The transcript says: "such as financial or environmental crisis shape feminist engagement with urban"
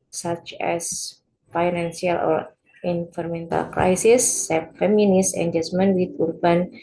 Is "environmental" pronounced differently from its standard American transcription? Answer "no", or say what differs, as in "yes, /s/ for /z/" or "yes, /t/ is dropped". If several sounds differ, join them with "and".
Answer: yes, /f/ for /v/